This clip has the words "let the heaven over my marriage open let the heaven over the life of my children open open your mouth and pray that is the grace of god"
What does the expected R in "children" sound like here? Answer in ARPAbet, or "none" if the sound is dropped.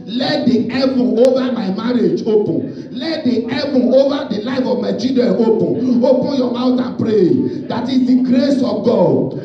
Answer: none